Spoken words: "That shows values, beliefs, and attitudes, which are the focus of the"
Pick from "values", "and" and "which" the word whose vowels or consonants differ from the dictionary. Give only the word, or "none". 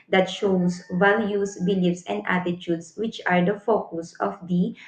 values